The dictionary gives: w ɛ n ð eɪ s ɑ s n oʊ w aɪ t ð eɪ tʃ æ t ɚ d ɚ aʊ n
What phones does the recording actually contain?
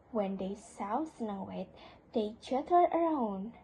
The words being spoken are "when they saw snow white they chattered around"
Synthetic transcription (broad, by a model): w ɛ n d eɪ s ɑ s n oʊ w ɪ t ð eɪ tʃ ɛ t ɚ ɚ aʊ n